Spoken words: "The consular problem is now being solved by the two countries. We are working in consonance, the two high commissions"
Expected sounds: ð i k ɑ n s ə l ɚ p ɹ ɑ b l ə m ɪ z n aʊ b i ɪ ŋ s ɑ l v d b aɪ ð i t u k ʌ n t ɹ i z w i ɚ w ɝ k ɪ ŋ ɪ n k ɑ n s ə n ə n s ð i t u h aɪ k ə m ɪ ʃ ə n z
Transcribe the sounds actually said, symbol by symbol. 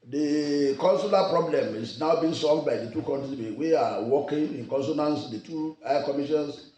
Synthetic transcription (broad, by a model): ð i k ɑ n s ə l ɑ p ɹ ɑ b l ə m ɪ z n aʊ b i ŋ s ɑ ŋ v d b aɪ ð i t u k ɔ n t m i w i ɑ w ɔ k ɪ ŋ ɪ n k ɑ n s ə n ə n s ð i t u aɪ k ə m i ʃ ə n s